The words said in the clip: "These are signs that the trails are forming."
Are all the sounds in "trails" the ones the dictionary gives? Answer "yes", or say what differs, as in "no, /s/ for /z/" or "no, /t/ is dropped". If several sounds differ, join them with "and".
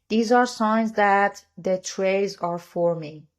no, /l/ is dropped